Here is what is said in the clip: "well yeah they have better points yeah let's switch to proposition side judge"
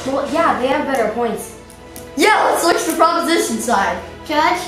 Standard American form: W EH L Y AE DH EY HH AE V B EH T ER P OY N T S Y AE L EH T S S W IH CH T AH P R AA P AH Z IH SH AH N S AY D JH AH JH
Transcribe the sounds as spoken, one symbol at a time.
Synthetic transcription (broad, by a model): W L Y AE DH EY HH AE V B EH T ER P OY N T S Y AE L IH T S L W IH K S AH P R AA P AH Z IH SH AH N S AY D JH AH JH